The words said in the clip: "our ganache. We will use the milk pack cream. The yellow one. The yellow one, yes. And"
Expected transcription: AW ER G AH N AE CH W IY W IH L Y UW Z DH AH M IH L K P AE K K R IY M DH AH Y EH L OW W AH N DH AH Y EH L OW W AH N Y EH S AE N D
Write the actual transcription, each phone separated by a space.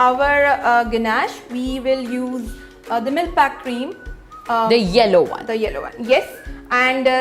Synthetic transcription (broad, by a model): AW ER G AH N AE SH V IY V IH L Y UW Z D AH M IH L P AE K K R IY M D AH Y EH L OW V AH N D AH Y EH L OW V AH N Y EH S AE N D